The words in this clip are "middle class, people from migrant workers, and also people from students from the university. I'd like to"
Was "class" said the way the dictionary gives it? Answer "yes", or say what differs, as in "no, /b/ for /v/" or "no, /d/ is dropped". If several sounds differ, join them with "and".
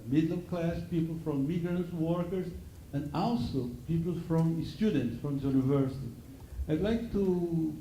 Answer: yes